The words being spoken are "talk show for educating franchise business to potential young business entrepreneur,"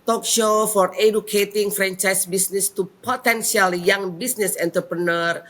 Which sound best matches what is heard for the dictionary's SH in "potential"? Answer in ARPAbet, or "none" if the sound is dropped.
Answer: S